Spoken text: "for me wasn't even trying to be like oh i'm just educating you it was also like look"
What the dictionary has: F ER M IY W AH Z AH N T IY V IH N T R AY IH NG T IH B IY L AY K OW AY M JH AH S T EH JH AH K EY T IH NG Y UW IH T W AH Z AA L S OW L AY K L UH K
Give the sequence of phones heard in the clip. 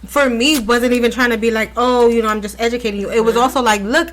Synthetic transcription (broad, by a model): F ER M IY W AH Z AH N T IY V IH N T R AY IH NG T IH B IY L AY K OW AY M JH AH S T EH JH AH K EY T IH NG Y UW IH T W AH Z AA L S OW L AY K L UH K